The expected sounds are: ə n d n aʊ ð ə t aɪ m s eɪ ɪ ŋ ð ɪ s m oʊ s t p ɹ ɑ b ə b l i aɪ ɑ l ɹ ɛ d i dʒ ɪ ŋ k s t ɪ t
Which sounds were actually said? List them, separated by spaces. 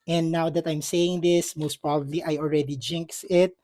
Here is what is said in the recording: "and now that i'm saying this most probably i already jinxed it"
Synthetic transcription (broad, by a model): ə n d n aʊ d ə t aɪ m s eɪ ɪ ŋ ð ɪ s m oʊ s t p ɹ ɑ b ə b l i aɪ ɑ l ɹ ɛ d i dʒ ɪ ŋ k s ɪ t